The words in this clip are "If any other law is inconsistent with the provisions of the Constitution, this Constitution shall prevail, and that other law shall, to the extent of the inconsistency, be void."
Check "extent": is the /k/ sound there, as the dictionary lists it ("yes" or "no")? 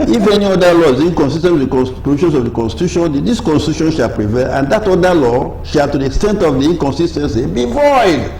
yes